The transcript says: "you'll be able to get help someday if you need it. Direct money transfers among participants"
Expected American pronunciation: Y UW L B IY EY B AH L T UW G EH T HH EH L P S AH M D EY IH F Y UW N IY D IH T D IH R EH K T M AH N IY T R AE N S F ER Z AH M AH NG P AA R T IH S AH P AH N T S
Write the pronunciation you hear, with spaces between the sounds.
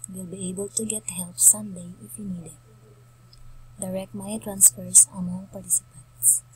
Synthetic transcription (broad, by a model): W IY L B IY EY B AH L T UW G EH T HH EH L P S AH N D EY IH F Y UW N IY D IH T D IH R EH K T M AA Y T R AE N S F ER S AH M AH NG P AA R T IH S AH P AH N T S